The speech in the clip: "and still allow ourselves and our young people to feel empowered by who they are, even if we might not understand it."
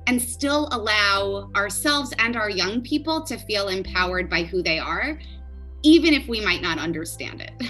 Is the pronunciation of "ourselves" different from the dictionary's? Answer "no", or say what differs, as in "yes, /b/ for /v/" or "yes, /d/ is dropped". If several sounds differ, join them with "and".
no